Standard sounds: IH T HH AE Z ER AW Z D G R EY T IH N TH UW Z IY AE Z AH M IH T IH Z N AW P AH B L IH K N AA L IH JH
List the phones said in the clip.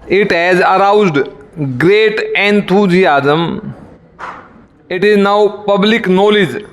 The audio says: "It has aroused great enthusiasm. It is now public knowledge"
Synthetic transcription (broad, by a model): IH T HH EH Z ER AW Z D G R EY T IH N T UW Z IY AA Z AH M IH T IH Z N AW P AH B L IH K N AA L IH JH